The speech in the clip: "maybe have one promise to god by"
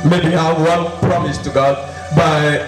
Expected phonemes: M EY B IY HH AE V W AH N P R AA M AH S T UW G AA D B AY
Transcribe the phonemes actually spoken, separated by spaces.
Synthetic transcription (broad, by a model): M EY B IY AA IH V W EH L P R AA M AH S T UW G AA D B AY